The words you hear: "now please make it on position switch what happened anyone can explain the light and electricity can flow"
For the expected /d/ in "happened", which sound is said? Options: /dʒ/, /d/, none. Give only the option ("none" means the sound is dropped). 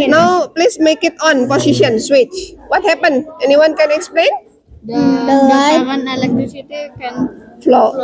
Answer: none